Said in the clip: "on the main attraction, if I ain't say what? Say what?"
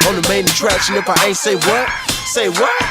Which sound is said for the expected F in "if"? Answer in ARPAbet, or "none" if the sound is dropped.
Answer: P